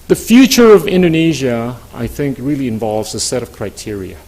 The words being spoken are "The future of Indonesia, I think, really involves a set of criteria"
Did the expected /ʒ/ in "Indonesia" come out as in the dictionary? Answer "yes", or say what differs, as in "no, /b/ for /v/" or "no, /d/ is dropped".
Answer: yes